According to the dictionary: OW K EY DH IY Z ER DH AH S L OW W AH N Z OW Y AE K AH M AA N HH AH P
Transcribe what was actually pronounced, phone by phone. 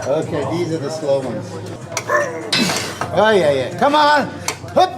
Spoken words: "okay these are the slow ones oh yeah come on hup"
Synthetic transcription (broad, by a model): OW K EY DH IY Z ER DH AH S L OW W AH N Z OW Y AE K AH M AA N HH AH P